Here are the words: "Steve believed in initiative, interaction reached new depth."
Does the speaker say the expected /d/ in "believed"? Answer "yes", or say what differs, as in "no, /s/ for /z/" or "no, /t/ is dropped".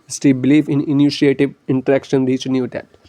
no, /d/ is dropped